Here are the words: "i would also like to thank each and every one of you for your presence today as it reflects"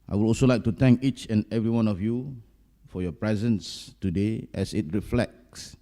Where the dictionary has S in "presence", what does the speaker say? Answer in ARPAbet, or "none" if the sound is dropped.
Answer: S